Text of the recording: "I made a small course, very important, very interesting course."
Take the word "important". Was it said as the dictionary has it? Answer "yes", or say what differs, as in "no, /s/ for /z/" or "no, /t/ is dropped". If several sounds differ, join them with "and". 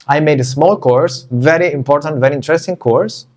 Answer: yes